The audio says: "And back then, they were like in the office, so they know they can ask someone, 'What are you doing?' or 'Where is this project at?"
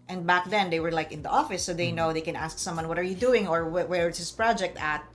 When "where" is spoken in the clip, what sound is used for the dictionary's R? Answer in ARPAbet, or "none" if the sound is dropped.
W